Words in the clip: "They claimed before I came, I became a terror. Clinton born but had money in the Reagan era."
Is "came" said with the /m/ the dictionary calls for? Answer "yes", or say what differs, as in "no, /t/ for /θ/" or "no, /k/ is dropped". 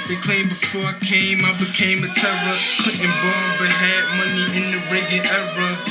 yes